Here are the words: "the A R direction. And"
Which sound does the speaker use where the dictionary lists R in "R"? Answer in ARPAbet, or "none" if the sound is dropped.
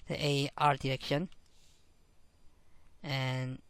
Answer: R